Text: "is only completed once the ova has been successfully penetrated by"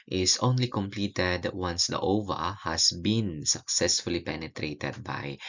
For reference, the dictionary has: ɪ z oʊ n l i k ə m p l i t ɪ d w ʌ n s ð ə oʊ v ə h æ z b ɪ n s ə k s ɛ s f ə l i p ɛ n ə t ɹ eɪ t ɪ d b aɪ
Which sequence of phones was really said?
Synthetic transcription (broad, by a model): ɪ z oʊ n l i k ə m p l i t ɪ d w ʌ n s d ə oʊ v ə h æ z b ɪ n s ə k s ɛ s f ə l i p ɛ n ə t ɹ eɪ t ɪ d b aɪ